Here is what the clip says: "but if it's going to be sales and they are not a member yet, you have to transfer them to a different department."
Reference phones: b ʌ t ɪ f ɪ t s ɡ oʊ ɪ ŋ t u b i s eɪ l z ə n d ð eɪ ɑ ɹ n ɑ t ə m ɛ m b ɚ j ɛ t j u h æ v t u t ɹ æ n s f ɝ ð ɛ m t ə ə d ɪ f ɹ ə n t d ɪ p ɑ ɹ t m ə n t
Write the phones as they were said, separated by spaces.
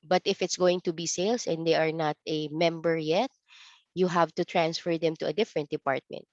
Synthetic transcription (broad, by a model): b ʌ t ɪ f ɪ t s ɡ oʊ ɪ ŋ t u b i s eɪ l s ə n d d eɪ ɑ ɹ n ɑ t ə m ɛ m b ɚ j ɛ t j u h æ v t u t ɹ æ n s f ɝ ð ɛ m t ə ə d ɪ f ɹ ə n t d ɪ p ɑ ɹ t m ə n t